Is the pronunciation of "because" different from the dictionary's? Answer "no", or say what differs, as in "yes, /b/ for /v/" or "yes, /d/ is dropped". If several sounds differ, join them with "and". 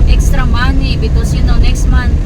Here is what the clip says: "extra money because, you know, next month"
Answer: yes, /s/ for /z/